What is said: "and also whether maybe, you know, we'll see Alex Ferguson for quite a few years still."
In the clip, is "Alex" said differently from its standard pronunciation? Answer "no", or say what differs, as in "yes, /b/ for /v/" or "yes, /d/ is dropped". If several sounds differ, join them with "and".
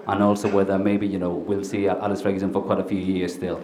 yes, /k/ is dropped